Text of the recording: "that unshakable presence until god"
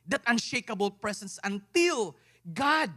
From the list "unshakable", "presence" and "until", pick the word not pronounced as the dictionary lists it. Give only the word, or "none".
presence